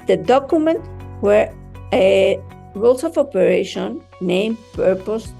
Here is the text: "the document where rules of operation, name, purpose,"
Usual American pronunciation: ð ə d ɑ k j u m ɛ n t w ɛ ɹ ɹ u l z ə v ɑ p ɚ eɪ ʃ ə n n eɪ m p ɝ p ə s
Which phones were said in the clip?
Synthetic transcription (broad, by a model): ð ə d ɑ k j u m ɛ n t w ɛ ɹ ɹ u l s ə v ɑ p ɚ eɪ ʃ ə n n eɪ m p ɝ p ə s